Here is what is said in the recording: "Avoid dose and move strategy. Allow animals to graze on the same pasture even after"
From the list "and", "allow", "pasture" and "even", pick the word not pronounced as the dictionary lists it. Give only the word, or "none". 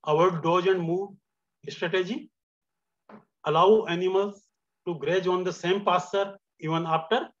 pasture